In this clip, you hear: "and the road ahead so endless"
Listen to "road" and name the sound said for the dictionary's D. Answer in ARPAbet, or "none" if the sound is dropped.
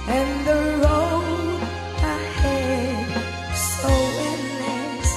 none